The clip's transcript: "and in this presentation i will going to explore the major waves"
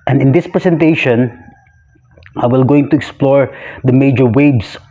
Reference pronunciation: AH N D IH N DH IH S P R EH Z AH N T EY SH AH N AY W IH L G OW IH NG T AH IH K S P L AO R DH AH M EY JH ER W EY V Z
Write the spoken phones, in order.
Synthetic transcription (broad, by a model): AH N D IH N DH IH S P R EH S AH N T EY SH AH N AY W IH L G OW IH NG T AH IH K S P L AO R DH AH M EY JH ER W EY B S